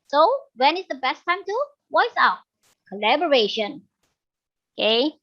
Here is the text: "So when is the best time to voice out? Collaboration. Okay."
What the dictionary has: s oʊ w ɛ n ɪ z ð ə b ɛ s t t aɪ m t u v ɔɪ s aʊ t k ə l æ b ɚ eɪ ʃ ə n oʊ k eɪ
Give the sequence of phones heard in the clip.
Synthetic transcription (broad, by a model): s oʊ w ɛ n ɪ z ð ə b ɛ s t t aɪ m t u w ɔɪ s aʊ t k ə l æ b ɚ eɪ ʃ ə n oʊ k eɪ